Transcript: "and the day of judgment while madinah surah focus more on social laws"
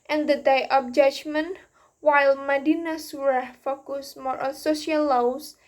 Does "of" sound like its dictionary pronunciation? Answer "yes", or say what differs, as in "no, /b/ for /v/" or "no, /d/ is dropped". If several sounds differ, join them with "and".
no, /p/ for /v/